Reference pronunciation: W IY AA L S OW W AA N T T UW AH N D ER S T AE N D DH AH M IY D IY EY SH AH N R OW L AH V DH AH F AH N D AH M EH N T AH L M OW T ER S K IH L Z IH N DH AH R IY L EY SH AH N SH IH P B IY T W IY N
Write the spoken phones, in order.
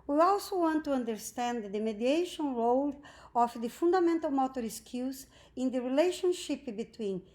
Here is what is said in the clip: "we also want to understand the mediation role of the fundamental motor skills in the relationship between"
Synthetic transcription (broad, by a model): W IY AA L S OW W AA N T T UW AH N D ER S T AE N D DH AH M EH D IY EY SH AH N R OW L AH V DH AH F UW N D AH M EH N T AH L M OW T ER S K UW Z IH N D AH R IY L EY SH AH N SH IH P B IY T W IY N